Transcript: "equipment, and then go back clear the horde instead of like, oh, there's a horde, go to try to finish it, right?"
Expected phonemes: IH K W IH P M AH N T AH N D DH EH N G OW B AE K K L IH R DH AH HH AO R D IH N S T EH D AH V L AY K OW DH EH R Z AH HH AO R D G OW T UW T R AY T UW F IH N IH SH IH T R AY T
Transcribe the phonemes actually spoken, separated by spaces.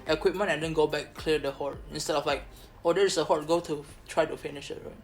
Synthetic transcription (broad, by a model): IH K W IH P M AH N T AH N D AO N G OW B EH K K L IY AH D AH HH AO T IH N S T EH D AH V L AY K OW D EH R S AH HH AO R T G OW T UW T R AY T UW F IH N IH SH IH T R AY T